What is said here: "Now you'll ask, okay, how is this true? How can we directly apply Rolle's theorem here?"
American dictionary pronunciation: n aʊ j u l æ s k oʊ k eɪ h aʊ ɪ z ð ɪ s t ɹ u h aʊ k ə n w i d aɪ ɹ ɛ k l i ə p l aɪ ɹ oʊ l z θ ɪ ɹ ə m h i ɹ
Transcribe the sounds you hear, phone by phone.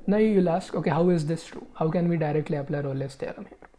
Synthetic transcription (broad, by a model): n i j u l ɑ s k oʊ k eɪ h aʊ ɪ z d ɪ s t ɹ u h aʊ k ə n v i d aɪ ɹ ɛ k l i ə p l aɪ ɹ oʊ l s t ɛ l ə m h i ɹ